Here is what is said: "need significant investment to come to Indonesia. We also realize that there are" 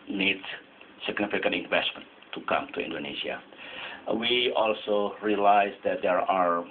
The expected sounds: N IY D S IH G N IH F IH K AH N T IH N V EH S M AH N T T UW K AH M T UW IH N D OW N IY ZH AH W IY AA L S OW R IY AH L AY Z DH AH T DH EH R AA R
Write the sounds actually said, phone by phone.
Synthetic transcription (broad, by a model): N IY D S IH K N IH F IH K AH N IH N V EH S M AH N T T UW K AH M T UW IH N D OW N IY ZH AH W IY AA L S OW R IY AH L AY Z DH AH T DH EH R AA R